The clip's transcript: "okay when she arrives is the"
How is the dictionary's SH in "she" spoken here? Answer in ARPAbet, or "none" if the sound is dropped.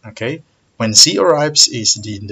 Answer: S